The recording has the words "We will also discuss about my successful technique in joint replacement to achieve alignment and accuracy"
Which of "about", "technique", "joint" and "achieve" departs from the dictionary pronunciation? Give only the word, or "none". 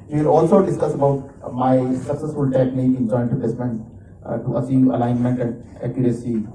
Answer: achieve